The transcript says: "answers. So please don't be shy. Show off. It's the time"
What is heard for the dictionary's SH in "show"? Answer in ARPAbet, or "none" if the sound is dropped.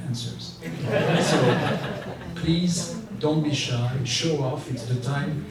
SH